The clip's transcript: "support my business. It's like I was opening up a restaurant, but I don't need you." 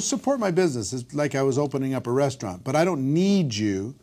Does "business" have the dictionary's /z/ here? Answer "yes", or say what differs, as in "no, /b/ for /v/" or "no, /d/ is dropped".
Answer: yes